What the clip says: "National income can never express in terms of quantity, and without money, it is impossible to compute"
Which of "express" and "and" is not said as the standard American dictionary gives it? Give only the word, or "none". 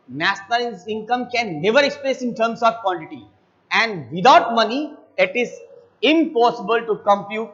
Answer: express